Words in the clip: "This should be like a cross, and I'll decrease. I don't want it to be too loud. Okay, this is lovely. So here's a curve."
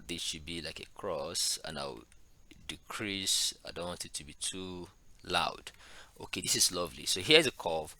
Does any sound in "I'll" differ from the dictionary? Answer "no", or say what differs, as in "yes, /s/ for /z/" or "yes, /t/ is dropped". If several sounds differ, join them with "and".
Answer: yes, /w/ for /l/